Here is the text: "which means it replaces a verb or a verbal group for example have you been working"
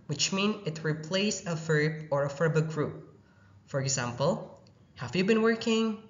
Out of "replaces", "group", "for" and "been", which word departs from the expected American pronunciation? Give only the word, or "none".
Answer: replaces